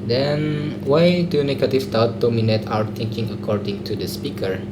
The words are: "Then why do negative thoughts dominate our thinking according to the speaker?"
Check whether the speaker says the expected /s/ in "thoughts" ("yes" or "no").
no